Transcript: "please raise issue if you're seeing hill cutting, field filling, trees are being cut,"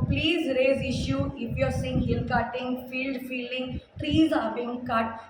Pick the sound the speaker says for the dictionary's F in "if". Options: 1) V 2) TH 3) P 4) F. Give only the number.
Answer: 3